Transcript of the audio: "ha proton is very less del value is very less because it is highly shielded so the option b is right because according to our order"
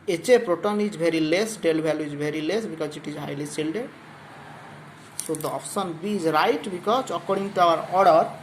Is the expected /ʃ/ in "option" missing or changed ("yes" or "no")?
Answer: yes